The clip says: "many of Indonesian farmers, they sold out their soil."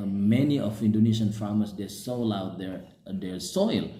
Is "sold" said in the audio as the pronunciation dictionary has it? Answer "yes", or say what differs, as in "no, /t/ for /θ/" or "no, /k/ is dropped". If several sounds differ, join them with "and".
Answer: no, /d/ is dropped